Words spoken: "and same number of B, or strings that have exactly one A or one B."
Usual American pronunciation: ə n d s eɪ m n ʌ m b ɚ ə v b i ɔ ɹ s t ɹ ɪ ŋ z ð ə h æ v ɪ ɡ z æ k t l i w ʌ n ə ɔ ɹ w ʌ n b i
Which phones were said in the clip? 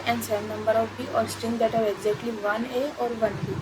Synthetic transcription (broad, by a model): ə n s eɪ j n ʌ m b ɚ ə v b i ɔ ɹ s t i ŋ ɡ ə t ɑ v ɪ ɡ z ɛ k t l i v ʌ n ə ɔ ɹ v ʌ n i